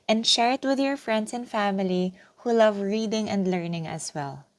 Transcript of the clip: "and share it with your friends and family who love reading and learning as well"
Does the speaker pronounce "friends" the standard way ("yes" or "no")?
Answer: no